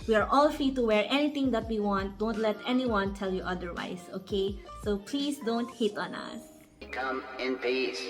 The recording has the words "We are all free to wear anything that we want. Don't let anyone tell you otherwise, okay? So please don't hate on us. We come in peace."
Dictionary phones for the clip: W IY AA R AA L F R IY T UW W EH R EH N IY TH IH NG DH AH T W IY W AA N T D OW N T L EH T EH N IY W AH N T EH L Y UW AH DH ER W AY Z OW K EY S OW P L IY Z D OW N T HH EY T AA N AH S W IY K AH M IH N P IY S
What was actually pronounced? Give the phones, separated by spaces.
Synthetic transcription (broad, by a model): W IY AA R AA L F R IY T UW W EH R EH N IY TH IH NG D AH T W IY W AA N T D OW N T L EH T EH N IY W AH N T EH L Y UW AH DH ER W AY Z OW K EY OW P L IY S D OW N T HH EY T AA N AH S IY K AH M IH N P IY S